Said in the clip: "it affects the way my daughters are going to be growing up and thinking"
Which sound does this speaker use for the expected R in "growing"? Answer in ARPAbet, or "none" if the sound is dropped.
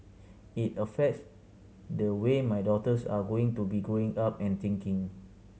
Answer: none